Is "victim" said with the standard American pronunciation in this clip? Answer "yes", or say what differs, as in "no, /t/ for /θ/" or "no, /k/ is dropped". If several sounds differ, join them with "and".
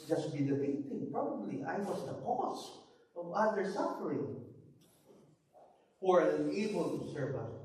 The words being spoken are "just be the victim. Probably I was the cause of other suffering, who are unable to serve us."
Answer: no, /b/ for /v/